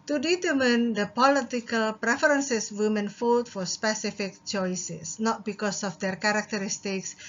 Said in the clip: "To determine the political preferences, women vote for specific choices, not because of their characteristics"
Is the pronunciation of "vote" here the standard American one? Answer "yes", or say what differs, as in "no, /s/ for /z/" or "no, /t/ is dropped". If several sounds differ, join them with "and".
no, /f/ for /v/